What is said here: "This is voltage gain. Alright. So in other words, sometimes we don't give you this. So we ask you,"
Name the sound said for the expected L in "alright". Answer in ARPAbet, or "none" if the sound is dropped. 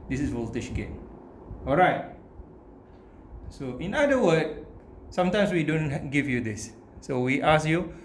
L